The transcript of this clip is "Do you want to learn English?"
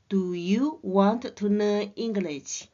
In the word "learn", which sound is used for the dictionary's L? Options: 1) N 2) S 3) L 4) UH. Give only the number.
1